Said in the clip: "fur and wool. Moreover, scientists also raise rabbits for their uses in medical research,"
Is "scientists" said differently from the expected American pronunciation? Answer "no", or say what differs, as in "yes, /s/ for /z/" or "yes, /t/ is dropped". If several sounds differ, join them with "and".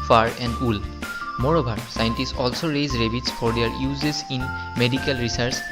no